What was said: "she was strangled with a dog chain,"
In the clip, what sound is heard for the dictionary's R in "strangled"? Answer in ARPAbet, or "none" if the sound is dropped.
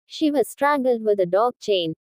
R